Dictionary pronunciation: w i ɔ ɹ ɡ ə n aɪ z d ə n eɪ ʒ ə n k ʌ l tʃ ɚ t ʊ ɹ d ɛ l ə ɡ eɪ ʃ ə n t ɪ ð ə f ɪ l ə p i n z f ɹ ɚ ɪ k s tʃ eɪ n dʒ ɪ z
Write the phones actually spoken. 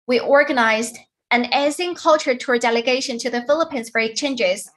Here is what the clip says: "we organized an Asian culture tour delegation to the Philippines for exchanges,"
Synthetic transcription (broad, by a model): w i ɔ ɹ ɡ ə n aɪ z d ə n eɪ z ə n k ʌ l tʃ ɚ t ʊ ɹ d ɛ l ə ɡ eɪ ʃ ə n t ɪ ð ə f ɪ l ə p i n z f ɹ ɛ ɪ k tʃ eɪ n dʒ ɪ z